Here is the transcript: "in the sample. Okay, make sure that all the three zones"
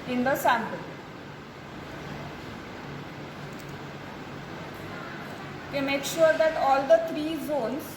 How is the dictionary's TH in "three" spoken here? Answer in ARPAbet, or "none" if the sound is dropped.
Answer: T